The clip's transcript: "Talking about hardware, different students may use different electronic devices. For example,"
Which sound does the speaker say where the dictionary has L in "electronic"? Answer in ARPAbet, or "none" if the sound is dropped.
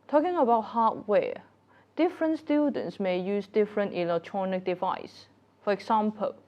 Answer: L